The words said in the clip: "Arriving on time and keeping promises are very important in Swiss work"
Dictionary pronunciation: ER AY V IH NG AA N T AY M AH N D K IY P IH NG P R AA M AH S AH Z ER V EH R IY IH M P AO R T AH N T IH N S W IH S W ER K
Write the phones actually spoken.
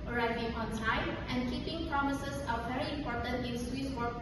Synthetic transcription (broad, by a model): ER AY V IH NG AA N S AY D AH N D K IY P IH NG P R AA M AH S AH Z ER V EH R IY IH M P AO R T AH N T IH N S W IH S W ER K